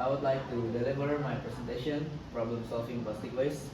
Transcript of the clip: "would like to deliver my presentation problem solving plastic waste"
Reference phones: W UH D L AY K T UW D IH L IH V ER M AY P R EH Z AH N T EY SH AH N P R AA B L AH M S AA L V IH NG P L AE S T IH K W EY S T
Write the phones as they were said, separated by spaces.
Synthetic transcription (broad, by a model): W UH D L AY K T UW D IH L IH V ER M AY P R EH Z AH N T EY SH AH N P R AA B L AH M S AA L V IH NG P AO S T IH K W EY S